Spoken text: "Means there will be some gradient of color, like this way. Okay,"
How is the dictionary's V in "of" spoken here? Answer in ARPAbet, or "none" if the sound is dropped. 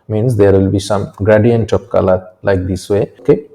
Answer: P